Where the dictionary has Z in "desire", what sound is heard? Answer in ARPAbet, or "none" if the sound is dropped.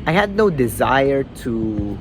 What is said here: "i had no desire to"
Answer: Z